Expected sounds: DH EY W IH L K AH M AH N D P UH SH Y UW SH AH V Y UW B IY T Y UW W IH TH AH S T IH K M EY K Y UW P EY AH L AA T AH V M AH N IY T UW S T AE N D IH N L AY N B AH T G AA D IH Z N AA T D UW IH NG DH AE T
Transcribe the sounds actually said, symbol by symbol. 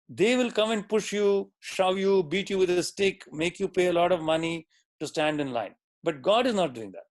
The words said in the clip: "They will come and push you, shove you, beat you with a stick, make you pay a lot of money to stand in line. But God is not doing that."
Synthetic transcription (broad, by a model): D EY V IH L K AH M AH N D P UH SH Y UW SH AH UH Y UW B IY T Y UW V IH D AH S T IH K M EY K Y UW P EY AH L AA T AH V M AH N IY T UW S T AE N D IH N L AY N B AH T G AA D IH Z N AA T D UW IH NG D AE T